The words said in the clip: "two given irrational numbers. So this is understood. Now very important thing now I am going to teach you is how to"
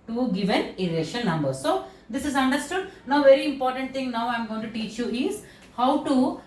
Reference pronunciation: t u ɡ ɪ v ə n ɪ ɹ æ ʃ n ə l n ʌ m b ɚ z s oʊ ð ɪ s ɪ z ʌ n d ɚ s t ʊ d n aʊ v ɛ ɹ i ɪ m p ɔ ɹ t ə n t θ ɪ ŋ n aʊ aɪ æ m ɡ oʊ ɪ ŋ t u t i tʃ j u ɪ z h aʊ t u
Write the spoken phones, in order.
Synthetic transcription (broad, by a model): t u ɡ ɪ v ə n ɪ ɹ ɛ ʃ ə n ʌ m b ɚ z s oʊ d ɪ s ɪ z ʌ n d ɚ s t ʊ d n aʊ v ɛ ɹ i ɪ m p ɔ ɹ t ə n t t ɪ ŋ n aʊ aɪ m ɡ oʊ ɪ ŋ t u t i tʃ j u ɪ z h aʊ t u